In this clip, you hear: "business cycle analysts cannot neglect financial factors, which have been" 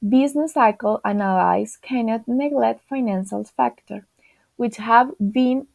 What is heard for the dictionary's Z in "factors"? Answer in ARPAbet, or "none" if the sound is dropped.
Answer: none